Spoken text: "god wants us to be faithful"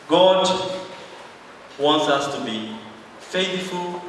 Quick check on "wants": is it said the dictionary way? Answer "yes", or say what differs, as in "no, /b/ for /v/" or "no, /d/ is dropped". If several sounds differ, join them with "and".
yes